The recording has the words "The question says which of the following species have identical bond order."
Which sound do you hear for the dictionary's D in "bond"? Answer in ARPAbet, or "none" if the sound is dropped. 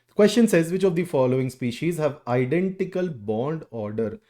D